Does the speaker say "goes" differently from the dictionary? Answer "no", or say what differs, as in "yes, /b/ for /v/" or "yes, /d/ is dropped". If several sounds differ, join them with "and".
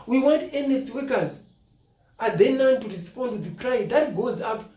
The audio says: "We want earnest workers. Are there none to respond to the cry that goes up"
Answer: no